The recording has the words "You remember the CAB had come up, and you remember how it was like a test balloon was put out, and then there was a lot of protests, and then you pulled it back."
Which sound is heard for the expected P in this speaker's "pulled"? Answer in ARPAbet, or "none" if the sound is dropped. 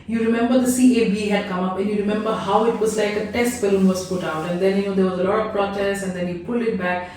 P